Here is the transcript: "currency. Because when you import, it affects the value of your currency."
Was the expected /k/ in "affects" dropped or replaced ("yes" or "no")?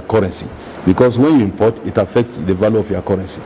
no